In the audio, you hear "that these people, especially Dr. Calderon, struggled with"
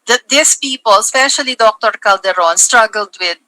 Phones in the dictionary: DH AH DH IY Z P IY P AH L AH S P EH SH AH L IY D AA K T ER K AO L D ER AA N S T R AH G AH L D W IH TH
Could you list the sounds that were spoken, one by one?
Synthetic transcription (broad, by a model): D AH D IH S P IY P AH L S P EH SH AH L IY D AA K T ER K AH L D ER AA N S T R AH G AH L D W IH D